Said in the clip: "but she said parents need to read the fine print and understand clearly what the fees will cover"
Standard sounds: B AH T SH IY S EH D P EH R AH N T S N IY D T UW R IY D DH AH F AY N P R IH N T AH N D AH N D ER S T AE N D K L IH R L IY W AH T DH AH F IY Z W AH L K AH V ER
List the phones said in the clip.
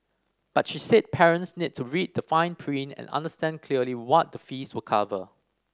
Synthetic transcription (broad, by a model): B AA T SH IY S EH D P EH R AH N T S N IY D T UW R IY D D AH F AY N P R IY N AH N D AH N D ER S T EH N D K L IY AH L IY W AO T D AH F IY S W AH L K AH V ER